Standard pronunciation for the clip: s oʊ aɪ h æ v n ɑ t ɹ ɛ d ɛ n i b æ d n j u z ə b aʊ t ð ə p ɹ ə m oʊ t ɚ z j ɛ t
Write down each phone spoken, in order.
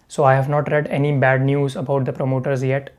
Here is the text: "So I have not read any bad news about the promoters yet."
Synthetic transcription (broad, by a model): s oʊ aɪ h æ v n ɑ t ɹ ɛ d ɛ n i b æ d n j u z ə b aʊ t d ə p ɹ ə m oʊ t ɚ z j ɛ t